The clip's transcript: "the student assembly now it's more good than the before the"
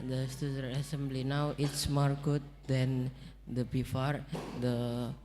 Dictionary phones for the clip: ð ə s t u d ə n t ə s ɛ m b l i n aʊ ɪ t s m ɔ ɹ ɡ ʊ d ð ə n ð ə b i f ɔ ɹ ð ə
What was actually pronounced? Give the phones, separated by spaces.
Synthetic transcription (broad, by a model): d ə s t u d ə t ə s ɛ m b l i n aʊ ɪ t s m ɔ ɹ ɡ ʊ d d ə n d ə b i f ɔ ɹ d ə